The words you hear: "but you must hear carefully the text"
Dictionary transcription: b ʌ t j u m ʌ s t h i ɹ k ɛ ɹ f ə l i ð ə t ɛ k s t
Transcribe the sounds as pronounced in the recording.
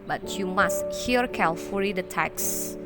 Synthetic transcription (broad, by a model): b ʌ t j u m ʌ s t h i ɹ k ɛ l f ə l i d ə t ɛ k s